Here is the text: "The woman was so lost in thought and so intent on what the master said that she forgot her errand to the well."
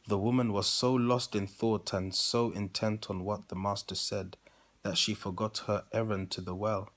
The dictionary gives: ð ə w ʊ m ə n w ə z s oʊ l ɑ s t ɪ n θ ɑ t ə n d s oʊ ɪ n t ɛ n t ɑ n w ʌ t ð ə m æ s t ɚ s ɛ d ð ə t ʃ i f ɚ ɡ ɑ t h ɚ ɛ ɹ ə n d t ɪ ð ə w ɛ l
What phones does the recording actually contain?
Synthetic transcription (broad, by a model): ð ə w ʊ m ə n w ə z s oʊ l ɑ s t ɪ n θ ɑ t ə n s oʊ ɪ n t ɛ n t n w ʌ t ð ə m æ s t ɚ s ɛ d ð ə t ʃ i f ɚ ɡ ɑ t h ɚ ɛ ɹ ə n t ɪ ð ə w ɛ l